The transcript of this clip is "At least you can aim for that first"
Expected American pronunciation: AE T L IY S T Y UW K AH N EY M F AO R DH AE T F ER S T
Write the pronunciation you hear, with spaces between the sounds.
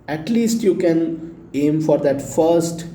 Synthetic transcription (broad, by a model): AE T L IY S T Y UW K AH N EY M F AO R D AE T F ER S T